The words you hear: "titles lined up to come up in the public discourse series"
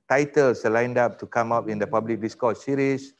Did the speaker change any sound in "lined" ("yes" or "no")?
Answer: no